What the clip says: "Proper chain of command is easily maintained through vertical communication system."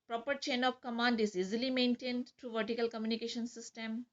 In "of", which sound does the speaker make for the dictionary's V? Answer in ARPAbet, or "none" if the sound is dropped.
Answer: P